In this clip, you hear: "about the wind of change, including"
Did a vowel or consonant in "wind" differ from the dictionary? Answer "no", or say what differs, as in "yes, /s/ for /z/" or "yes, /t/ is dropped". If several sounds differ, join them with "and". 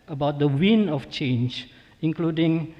yes, /d/ is dropped